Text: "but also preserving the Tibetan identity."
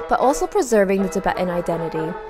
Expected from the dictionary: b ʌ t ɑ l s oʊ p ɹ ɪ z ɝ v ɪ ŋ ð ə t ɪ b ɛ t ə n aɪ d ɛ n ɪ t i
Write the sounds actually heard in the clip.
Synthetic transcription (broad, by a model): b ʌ t ɑ l s oʊ p ɹ ɪ z ɝ v ɪ ŋ ð ə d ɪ b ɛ t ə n aɪ d ɛ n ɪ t i